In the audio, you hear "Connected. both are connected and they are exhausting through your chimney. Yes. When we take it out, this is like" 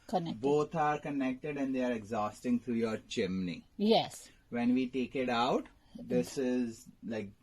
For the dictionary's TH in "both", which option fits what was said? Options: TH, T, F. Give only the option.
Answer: T